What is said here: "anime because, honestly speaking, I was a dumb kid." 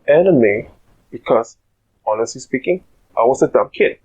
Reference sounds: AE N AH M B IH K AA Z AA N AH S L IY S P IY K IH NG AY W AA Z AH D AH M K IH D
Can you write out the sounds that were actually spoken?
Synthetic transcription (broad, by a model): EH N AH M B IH K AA S AA N AH S L IY S P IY K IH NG AY W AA S AH D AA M K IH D